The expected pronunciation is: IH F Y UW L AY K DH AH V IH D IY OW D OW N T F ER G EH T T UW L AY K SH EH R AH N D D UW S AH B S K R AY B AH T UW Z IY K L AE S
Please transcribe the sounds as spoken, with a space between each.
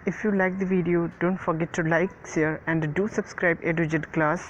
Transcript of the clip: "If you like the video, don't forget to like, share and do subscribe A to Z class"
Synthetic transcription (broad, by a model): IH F Y UW L AY K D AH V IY D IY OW D OW N T F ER G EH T T UW L AY K S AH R AH N D D UW S AH B S K R AY B AH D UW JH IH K L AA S